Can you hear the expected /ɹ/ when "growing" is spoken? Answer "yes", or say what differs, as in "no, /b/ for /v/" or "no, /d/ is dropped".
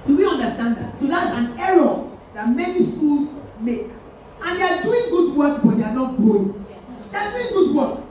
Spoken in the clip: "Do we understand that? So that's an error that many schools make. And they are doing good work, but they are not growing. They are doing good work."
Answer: no, /ɹ/ is dropped